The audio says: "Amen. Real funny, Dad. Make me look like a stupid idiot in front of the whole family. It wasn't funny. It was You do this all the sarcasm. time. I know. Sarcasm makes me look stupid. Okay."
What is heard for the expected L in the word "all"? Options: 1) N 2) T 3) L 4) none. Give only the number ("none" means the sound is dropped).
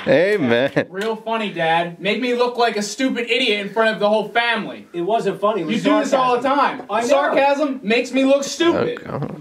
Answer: 3